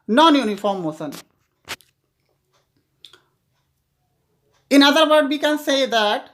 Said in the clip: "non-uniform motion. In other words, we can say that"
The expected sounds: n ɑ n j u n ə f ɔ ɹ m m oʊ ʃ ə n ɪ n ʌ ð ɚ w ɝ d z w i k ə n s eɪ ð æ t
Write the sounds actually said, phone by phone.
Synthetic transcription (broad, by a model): n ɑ n j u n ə f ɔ ɹ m m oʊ s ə n ɪ n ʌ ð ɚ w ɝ d w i k ə n s eɪ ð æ t